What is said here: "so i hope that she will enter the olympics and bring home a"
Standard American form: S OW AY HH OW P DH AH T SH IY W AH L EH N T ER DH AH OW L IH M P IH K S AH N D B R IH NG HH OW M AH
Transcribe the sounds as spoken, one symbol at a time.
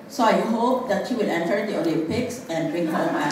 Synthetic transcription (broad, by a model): S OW AY HH OW P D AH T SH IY W AH L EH N T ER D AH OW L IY P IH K S AH N D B R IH NG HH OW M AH